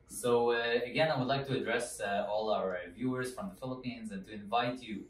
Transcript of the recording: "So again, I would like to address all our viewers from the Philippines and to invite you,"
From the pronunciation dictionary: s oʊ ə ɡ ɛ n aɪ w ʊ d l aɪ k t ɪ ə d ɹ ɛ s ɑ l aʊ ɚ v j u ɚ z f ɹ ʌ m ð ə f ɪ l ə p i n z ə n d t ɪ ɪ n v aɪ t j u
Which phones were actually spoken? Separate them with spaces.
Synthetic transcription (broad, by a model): s oʊ ə ɡ ɛ n aɪ w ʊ d l aɪ k t ɪ ə d ɹ ɛ s ɑ l aʊ ɚ v j u ɚ z f ɹ ʌ m ð ə f ɪ l ə p i n z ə n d t ɪ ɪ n v aɪ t j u